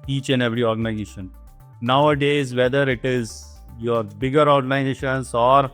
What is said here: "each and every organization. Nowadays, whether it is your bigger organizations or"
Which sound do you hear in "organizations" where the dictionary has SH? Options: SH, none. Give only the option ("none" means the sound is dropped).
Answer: none